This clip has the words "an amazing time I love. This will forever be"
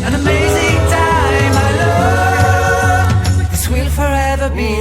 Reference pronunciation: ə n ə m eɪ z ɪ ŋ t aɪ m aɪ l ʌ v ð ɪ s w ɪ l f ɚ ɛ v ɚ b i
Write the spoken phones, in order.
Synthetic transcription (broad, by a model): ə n ə m eɪ z ɪ ŋ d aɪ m aɪ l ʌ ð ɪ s w ɪ l f ɚ ɛ v ɚ b i